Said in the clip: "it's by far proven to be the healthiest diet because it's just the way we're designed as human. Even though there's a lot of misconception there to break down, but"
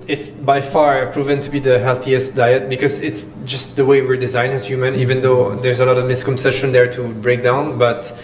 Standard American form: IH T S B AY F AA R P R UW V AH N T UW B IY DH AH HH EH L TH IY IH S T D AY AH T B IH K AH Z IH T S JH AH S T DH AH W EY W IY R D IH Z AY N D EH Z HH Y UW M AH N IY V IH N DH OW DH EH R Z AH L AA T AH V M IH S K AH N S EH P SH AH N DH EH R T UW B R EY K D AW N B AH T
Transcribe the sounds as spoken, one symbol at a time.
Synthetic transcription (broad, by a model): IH T S B AY F AA R P R UW V AH N T UW B IY DH AH HH EH L TH IY IH S T D AY AH T B IH K AH Z IH T S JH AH S T DH AH W EY W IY R D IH Z AY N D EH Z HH Y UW M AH N IY V IH N DH OW DH EH R Z AH L AA T AH V M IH S K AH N S EH SH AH N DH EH R T UW B R EY K D AW N B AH T